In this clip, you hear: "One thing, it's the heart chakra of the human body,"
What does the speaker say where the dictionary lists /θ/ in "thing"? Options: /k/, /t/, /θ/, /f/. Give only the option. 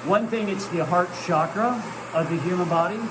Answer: /θ/